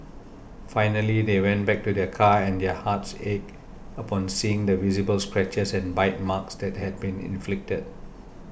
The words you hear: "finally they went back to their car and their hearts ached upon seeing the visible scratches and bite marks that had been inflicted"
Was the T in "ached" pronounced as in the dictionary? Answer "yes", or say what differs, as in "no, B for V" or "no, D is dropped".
no, T is dropped